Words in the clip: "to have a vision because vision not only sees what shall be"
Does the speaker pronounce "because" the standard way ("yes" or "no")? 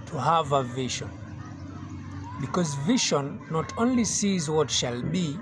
yes